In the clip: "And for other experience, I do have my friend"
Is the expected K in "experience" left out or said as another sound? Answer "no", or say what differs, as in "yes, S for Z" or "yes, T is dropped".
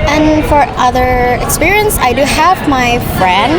no